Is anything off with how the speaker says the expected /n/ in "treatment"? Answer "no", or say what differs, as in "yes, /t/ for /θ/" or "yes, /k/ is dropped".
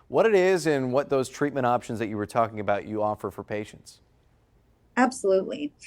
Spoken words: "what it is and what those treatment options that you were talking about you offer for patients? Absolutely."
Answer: yes, /n/ is dropped